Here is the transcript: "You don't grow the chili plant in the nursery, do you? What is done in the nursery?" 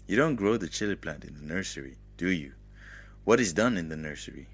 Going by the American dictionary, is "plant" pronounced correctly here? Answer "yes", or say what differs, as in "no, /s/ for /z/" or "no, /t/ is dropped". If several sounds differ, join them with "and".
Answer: no, /n/ is dropped